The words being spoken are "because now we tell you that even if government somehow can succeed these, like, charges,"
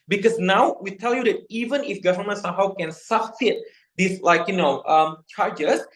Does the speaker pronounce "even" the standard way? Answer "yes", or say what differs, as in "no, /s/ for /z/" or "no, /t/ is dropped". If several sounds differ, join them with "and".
yes